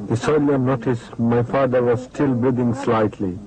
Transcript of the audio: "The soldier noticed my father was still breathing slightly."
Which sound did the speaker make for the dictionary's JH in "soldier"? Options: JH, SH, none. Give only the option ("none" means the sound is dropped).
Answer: none